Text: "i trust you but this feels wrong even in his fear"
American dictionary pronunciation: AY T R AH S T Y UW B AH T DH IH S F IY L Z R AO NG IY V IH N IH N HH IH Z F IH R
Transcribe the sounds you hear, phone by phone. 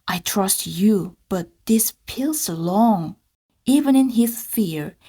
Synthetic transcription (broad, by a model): AY T R AH S T Y UW B AH T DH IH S P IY L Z L AO NG IY V IH N IH N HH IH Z F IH R